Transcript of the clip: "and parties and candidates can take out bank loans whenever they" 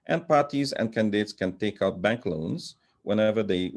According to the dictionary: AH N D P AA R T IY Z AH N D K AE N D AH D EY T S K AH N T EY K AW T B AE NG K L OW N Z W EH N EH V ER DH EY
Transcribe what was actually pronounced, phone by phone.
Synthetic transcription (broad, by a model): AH N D P AA R T IY Z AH N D K AE N D AH D EY T S K AH N T EY K AW T B AE NG K L OW N Z W EH N EH V ER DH EY